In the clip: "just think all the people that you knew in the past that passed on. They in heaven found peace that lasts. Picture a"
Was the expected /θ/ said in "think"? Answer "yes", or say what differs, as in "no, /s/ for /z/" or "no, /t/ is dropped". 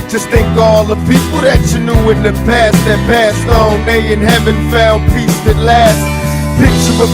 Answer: yes